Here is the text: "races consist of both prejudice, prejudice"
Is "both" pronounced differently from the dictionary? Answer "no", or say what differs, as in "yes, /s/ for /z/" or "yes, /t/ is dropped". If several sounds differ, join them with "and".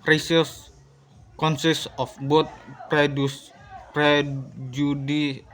yes, /t/ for /θ/